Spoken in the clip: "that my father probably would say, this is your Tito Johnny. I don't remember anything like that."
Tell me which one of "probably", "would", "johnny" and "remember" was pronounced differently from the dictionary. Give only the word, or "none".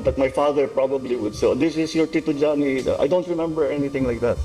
none